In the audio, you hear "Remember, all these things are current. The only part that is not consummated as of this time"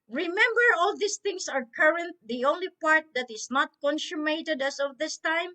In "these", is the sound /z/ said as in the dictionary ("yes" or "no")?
no